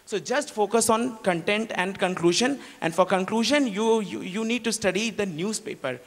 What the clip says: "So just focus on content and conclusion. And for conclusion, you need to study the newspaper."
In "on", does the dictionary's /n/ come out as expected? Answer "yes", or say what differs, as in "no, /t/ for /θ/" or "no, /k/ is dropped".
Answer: yes